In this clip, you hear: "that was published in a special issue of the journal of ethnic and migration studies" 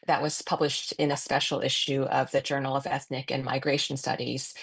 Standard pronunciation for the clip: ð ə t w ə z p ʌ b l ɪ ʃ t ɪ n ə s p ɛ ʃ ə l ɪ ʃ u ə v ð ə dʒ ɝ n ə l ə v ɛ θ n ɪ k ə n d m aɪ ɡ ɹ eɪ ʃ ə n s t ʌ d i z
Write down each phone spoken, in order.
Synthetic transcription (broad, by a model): ð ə t w ə z p ʌ b l ɪ ʃ t ɪ n ə s p ɛ ʃ l ɪ ʃ u ə v ð ə dʒ ɝ n l ə v ɛ θ n ɪ k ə n m aɪ ɡ ɹ eɪ ʃ n s t ʌ d i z